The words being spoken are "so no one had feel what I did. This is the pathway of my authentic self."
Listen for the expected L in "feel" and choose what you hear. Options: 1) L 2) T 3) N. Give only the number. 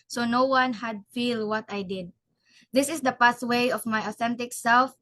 1